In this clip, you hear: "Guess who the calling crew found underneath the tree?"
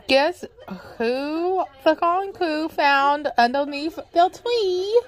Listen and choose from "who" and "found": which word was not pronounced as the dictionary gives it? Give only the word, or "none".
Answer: none